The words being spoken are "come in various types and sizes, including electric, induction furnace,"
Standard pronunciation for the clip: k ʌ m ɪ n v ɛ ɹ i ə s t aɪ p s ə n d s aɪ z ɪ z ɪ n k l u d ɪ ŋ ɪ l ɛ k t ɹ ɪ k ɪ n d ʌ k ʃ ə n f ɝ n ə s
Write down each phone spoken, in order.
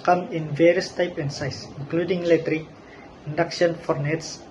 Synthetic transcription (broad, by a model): k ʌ m ɪ n v ɛ ɹ i ə s t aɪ p ə n s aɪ s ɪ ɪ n k l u d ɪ ŋ l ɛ t ɹ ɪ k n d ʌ k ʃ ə n f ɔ n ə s